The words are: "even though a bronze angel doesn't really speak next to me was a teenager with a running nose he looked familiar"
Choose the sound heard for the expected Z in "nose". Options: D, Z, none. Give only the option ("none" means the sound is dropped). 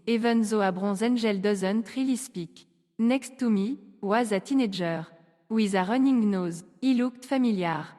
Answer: Z